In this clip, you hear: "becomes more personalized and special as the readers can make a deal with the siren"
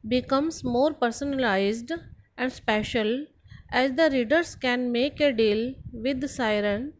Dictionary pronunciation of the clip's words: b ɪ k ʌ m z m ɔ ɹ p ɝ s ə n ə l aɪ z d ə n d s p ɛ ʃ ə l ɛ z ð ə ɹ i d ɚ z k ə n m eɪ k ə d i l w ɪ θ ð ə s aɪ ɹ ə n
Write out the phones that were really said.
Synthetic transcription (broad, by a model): b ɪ k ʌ m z m ɔ ɹ p ɝ s ə n ə l aɪ z d ə n d s p ɛ ʃ ə l ɛ z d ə ɹ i d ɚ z k ə n m eɪ k ə d i l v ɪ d s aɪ ɹ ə n